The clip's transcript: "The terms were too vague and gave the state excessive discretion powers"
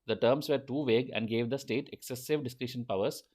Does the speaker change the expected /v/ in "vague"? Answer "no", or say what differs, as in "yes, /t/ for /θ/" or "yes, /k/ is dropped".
no